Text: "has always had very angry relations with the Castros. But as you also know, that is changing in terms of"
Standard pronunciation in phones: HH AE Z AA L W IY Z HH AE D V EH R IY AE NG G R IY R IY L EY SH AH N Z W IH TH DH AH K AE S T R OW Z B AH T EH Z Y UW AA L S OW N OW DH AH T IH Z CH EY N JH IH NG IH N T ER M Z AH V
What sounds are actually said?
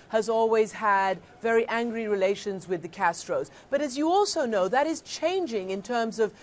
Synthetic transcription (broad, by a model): HH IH Z AA L W IY Z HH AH D V EH R IY AE NG G R IY R IY L EY SH AH N Z W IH DH AH K AE S T R OW Z B AH T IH Z Y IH AA L S OW N OW DH AH T IH Z CH EY N JH IH NG IH N T ER M Z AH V